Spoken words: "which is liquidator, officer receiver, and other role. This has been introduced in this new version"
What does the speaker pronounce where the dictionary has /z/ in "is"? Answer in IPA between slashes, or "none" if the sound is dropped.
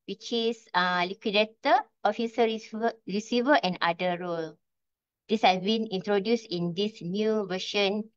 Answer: /s/